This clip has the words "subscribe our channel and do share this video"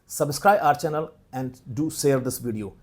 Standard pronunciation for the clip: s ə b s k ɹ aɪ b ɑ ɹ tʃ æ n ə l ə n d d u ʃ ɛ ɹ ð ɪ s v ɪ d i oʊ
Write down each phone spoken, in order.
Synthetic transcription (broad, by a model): s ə b s k ɹ aɪ ɑ ɹ tʃ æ n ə l ə n d d u s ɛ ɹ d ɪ s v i d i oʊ